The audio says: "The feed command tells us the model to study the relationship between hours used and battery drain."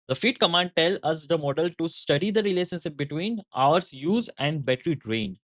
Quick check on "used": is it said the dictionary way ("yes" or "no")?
no